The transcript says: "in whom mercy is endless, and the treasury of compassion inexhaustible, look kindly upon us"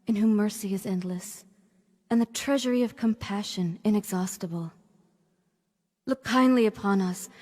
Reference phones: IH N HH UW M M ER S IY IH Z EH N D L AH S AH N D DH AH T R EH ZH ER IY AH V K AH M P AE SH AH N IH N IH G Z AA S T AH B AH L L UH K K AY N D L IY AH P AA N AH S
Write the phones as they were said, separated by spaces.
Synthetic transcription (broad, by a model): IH N HH UW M M ER S IY IH Z EH N D L AH S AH N DH AH T R EH ZH ER IY AH V K AH M P AE SH AH N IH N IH G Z AA S T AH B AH L L UH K K AY N D L IY AH P AA N AH S